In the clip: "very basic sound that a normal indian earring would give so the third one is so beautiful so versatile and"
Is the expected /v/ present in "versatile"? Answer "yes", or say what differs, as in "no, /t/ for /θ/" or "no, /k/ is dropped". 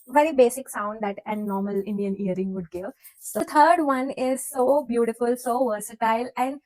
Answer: yes